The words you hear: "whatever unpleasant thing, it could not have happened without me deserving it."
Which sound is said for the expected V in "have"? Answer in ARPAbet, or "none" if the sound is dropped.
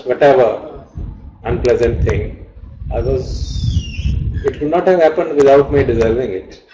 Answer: V